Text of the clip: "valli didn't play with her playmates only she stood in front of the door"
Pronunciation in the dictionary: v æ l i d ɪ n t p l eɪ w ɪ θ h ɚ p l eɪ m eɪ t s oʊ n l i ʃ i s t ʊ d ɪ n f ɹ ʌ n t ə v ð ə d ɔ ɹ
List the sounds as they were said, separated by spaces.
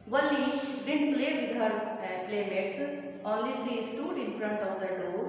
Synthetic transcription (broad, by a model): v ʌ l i d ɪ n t p l eɪ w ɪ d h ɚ p l eɪ m eɪ t s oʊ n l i s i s t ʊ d ɪ n f ɹ ʌ n t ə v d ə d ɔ